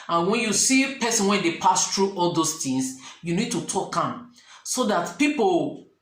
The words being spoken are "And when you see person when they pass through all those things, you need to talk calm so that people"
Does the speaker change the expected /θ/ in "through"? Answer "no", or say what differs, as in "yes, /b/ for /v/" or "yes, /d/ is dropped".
yes, /t/ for /θ/